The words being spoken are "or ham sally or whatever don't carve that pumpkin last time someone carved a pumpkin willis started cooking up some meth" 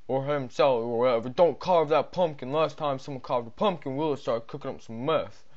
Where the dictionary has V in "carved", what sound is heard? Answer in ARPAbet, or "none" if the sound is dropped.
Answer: V